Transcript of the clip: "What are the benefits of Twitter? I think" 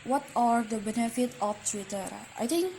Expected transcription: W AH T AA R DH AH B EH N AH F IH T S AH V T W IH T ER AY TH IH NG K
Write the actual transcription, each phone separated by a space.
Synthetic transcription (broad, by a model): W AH T AA R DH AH B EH N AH F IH T AH F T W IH T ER AY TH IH NG K